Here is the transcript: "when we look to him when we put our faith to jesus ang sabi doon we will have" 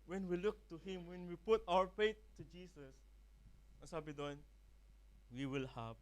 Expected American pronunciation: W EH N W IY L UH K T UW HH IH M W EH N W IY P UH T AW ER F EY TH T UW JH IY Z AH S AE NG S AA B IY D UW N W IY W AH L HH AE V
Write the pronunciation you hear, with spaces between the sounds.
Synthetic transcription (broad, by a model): W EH N W IY L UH K T UW HH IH M W EH N W IY P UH T AW ER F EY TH T UW JH IY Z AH S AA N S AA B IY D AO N W IY W AH L HH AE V